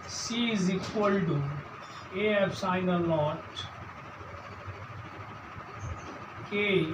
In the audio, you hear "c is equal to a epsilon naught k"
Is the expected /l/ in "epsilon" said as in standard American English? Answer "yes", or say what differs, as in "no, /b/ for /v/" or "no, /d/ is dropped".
no, /l/ is dropped